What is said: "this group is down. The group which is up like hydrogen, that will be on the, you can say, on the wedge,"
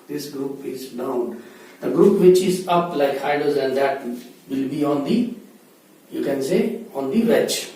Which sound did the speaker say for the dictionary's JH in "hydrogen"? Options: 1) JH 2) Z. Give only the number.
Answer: 2